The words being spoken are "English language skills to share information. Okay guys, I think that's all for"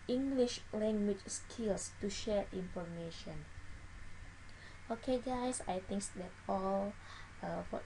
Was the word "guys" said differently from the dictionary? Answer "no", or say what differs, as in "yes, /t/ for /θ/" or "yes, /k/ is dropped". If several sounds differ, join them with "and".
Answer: yes, /s/ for /z/